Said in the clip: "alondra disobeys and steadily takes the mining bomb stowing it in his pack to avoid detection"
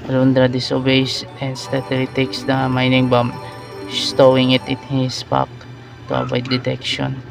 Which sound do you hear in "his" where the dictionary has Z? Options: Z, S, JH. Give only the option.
S